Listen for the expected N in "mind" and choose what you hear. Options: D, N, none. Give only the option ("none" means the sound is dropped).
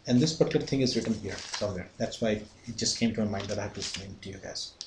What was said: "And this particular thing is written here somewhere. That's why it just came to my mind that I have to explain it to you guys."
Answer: none